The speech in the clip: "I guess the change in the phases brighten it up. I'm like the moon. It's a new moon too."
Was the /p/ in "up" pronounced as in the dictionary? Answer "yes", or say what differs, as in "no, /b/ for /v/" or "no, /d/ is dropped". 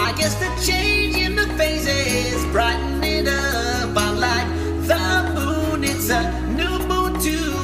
no, /b/ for /p/